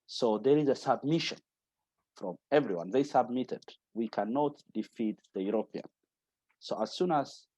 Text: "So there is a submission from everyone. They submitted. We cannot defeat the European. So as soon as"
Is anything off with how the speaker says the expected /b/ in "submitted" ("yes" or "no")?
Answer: no